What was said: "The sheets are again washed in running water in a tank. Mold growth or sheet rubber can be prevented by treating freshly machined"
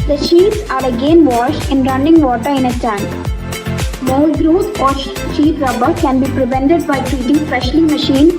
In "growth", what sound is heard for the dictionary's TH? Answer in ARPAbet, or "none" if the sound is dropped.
S